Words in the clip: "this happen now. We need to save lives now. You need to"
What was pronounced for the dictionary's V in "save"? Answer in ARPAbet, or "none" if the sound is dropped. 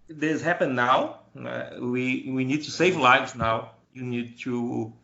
V